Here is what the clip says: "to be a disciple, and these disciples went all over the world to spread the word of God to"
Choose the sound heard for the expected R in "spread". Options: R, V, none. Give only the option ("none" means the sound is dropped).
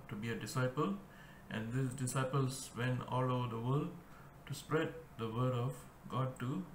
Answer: R